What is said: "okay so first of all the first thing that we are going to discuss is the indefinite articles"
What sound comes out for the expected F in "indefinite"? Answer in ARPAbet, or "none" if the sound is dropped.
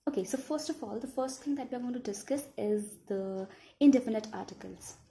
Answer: P